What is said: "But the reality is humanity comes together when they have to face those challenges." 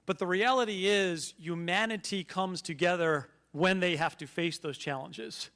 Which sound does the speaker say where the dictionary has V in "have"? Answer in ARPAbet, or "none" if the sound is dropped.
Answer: F